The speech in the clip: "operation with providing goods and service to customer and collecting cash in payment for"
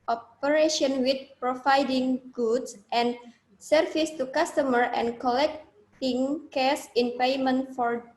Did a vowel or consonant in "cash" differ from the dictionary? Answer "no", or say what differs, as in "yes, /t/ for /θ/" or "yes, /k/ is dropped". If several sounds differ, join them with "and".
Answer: yes, /s/ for /ʃ/